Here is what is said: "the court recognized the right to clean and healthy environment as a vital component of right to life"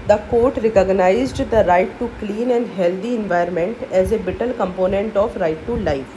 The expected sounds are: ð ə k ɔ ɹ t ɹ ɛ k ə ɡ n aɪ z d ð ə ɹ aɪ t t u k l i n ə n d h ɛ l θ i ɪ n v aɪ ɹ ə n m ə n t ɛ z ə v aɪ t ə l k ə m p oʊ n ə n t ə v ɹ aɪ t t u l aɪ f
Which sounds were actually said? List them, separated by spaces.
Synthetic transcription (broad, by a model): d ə k ɔ ɹ t ɹ ɛ k ə ɡ n aɪ z d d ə ɹ aɪ t t u k l i n ə n d h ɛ l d i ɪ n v aɪ ə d m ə n t ɛ z ə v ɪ t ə l k ə m p oʊ n ə n t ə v ɹ aɪ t t u l aɪ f